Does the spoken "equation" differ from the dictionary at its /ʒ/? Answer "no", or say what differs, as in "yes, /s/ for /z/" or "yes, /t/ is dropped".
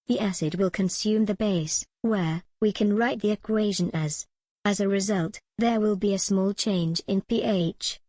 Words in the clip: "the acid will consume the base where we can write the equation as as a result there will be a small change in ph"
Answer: no